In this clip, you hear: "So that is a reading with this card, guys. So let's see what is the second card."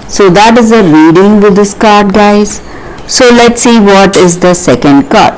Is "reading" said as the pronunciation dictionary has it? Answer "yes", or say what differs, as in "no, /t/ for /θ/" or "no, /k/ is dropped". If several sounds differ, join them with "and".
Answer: yes